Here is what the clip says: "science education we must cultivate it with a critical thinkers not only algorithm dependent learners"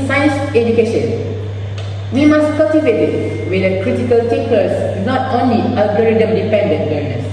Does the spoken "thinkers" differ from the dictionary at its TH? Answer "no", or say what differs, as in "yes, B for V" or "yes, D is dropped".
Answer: yes, T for TH